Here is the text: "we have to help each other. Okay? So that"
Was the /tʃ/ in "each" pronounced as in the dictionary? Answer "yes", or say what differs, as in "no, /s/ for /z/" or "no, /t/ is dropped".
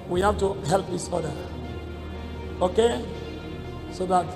no, /s/ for /tʃ/